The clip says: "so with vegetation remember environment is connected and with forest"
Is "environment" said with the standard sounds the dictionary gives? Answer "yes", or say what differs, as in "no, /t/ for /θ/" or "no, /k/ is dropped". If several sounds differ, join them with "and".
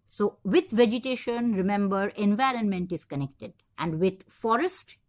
yes